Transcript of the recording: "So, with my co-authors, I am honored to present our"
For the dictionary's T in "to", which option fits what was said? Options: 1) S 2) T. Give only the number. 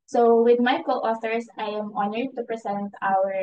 2